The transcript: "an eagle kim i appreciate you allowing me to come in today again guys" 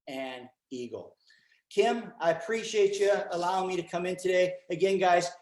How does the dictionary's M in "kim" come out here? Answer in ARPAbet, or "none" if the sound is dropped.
M